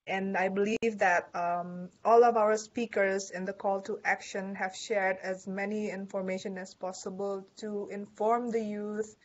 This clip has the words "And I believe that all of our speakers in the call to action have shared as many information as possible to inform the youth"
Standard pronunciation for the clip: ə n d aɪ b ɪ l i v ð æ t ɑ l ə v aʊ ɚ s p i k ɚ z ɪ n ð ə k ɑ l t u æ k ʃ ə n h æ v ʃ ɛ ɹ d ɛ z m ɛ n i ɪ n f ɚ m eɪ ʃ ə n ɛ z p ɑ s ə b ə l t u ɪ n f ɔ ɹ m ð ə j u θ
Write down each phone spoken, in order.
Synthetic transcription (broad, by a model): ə n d aɪ b ɪ l i v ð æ t ɑ l ə v aʊ ɚ s p i k ɚ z ɪ n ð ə k ɑ l t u æ k ʃ ə n h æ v ʃ ɛ ɹ d ɛ z m ɛ n i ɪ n f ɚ m eɪ ʃ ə n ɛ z p ɑ s ə b ə l t u ɪ n f ɔ ɹ m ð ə j u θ